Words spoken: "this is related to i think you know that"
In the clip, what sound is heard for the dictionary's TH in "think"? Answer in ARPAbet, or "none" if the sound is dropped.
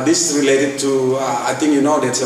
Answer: T